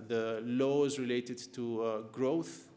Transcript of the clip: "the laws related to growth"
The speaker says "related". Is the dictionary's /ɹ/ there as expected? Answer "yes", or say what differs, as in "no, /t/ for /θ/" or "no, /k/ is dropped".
yes